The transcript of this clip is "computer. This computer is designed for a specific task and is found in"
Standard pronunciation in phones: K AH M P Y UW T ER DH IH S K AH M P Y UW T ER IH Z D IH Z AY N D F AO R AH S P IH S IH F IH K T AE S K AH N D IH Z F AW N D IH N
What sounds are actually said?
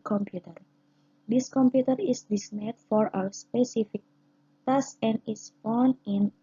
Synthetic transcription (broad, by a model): K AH M P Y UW T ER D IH S K AH M P Y UW T ER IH S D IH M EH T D F AO R AH S P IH S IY F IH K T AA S AH N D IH S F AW N IH N